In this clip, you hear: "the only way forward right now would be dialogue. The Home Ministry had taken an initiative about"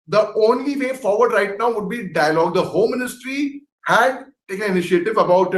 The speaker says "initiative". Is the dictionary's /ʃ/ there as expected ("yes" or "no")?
no